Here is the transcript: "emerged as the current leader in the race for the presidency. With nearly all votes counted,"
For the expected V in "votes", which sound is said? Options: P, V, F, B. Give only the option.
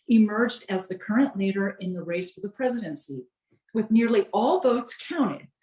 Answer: V